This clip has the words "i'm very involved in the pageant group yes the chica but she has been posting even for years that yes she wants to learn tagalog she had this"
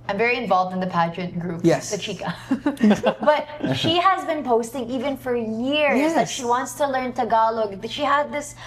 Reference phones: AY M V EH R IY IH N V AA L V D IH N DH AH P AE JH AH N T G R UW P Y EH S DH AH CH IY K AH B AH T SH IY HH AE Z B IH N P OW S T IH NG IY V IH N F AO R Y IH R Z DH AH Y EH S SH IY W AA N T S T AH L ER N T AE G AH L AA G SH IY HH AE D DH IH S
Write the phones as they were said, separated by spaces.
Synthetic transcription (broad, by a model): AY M V EH R IY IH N V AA L V D IH N DH AH P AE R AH T G R UW P Y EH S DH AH CH IY K AH B AH T SH IY HH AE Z B IH N P OW S T IH NG IY V IH N F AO R Y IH R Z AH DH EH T SH IY W AA N T S T AH L ER N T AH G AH L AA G SH IY HH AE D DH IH S